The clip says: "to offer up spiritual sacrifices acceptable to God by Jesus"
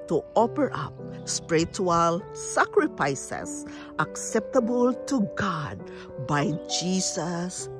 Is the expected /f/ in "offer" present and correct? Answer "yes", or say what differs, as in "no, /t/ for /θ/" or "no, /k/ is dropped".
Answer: no, /p/ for /f/